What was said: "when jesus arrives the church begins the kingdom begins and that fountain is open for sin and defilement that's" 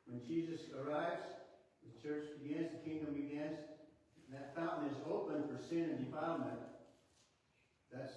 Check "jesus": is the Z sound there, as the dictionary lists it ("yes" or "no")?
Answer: yes